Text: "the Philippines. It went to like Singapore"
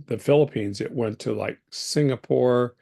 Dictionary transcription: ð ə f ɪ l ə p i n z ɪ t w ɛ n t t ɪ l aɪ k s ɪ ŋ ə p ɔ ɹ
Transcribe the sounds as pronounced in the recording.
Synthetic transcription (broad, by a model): ð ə f ɪ l ə p i n z ɪ t w ɛ n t t ɪ l aɪ k s ɪ ŋ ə p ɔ ɹ